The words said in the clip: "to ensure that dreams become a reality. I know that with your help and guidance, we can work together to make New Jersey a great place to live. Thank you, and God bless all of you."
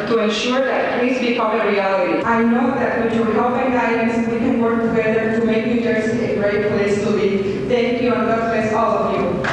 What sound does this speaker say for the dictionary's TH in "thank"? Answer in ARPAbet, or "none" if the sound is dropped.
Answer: T